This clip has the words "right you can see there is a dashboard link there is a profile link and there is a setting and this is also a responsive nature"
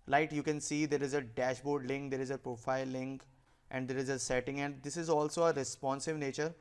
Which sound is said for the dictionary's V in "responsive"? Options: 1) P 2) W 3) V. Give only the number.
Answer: 3